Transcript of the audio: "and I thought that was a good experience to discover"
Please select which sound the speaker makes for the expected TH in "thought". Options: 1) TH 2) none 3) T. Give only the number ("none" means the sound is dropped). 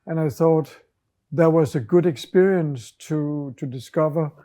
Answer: 1